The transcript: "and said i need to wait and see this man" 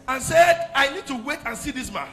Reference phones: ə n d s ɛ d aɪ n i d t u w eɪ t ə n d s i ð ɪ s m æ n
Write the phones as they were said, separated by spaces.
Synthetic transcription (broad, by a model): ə n s ɛ d aɪ n i d t u w eɪ t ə n s i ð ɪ s m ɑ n